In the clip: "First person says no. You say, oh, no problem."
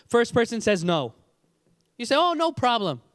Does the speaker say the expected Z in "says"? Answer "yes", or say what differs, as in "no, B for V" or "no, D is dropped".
yes